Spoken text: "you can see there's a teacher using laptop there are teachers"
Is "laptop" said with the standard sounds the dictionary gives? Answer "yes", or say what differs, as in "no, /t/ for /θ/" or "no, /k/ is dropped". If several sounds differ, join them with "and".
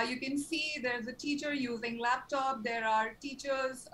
yes